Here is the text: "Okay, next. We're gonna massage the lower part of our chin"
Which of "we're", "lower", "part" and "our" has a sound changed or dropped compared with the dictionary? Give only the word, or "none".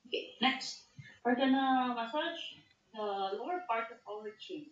our